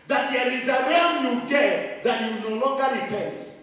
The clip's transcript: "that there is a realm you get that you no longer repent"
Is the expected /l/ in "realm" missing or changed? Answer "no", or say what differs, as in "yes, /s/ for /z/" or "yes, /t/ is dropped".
yes, /l/ is dropped